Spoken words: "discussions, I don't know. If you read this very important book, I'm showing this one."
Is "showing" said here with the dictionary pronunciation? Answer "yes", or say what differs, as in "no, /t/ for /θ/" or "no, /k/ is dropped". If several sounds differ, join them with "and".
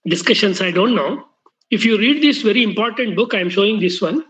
yes